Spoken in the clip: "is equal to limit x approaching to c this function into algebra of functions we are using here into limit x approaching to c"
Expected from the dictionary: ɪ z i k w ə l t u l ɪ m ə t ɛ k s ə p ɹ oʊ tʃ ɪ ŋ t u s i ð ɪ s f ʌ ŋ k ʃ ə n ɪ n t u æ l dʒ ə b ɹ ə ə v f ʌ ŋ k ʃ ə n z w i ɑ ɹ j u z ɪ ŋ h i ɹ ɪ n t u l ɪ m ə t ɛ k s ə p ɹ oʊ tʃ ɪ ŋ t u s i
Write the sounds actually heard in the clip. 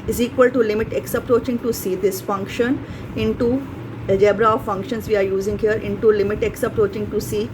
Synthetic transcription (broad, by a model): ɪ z i k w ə l t u l ɪ m ə t ɛ k s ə p ɹ oʊ tʃ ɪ ŋ t u s i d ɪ s f ʌ ŋ k ʃ ə n ɪ n t u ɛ dʒ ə b ɹ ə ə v f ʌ ŋ k ʃ ə n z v i ɑ ɹ j u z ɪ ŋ h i ɹ ɪ n t u l ɪ m ə t ɛ k s ə p ɹ oʊ tʃ ɪ ŋ t u s i